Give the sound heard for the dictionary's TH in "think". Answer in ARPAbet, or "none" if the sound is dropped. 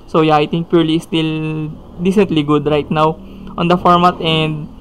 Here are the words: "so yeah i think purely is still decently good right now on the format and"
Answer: T